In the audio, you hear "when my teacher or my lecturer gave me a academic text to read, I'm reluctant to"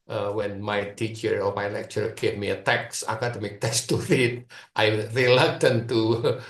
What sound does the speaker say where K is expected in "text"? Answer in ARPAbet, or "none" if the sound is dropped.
none